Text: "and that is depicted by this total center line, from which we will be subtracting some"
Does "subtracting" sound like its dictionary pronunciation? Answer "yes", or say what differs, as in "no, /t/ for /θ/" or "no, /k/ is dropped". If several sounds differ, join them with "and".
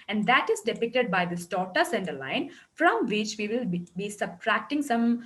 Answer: yes